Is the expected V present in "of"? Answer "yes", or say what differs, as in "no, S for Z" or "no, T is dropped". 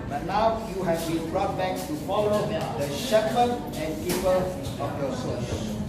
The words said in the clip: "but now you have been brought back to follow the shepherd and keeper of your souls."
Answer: no, P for V